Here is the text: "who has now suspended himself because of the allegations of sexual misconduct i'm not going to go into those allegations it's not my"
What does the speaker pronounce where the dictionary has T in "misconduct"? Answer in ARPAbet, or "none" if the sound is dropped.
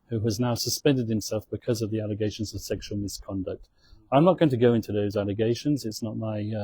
T